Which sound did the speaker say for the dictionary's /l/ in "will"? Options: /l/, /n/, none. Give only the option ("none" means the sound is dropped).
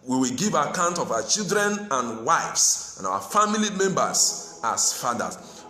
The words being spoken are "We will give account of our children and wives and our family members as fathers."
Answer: /l/